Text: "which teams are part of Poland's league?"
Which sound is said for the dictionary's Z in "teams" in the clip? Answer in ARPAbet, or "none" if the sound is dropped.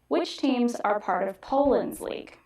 Z